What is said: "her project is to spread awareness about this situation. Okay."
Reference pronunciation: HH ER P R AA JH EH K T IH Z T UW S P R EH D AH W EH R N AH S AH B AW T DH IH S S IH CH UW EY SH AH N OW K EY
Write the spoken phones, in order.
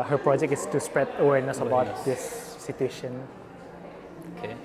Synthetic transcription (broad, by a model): HH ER P R AA JH EH K T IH S T UW S P R EH D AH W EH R N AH S AH B AW T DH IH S S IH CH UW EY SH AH N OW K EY